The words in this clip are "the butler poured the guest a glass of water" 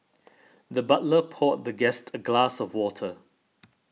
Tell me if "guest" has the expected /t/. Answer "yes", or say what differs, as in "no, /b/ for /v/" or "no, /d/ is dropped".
yes